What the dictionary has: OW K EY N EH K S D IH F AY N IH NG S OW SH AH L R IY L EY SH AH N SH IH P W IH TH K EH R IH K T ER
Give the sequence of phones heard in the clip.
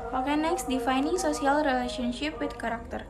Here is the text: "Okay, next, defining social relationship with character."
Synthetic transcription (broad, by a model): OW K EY N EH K S D IH F AY N IH NG S OW S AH L R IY L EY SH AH N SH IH P W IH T K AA R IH K T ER